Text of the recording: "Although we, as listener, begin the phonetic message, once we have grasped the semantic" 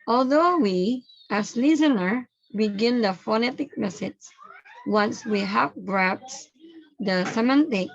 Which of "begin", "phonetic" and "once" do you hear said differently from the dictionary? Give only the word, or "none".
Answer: none